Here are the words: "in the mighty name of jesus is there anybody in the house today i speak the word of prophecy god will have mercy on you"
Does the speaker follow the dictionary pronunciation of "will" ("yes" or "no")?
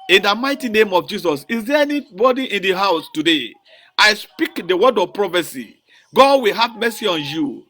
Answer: yes